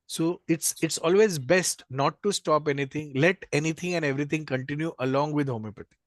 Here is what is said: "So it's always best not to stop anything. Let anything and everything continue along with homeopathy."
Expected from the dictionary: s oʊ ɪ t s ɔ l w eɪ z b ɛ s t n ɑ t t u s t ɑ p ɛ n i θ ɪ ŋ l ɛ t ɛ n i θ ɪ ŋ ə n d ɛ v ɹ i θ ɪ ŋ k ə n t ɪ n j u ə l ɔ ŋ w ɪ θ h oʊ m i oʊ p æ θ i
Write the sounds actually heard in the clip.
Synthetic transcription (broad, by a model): s oʊ ɪ t s ɔ l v eɪ z b ɛ s t n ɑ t t u s t ɑ p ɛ n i t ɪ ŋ l ɛ t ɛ n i t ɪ ŋ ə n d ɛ v ɹ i t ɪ ŋ k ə n t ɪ n j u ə l ɔ ŋ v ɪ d h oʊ m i p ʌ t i